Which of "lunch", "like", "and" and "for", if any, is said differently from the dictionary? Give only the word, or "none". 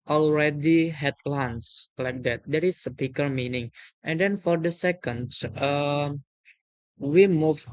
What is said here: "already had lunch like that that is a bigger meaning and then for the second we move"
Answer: lunch